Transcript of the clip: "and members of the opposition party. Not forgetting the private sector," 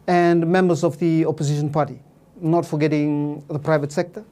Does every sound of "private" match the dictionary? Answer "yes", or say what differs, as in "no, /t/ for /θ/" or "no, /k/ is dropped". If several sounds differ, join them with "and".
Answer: yes